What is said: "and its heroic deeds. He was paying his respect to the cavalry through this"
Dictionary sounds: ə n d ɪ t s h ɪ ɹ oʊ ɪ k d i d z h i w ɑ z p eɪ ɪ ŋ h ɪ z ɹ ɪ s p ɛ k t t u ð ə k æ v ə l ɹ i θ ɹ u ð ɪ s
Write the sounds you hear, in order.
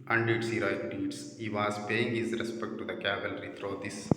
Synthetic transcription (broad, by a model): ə n d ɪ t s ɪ ɹ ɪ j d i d s h i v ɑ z p eɪ ɪ ŋ h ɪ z ɹ ɪ s p ɛ k t t u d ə k æ v ə l ɹ i t ɹ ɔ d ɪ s